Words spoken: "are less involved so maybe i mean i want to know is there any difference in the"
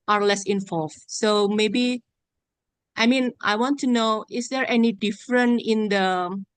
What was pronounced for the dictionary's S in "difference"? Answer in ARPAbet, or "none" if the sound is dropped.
none